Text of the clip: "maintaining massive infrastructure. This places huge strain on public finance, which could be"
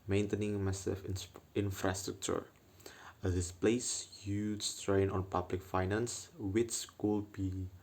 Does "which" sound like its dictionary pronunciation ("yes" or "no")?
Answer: no